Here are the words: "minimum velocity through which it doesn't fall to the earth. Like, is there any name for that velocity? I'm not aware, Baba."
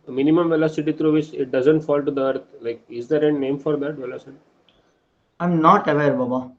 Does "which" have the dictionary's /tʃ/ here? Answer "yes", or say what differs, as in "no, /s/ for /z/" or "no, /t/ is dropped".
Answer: no, /s/ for /tʃ/